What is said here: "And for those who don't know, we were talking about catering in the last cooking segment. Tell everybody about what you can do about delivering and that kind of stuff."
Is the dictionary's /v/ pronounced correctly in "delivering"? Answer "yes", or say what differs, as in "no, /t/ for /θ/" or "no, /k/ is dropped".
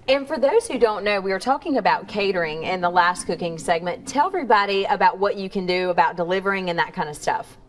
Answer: yes